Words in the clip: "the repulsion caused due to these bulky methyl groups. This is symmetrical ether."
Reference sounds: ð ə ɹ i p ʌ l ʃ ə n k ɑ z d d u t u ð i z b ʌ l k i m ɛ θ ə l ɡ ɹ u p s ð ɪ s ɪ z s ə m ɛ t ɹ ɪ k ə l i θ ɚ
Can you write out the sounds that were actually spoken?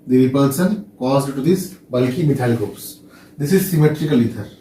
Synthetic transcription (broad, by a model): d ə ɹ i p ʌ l s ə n k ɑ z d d t u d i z b ʌ l k i m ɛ t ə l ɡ ɹ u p s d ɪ s ɪ z s ə m ɛ t ɹ ɪ k ə l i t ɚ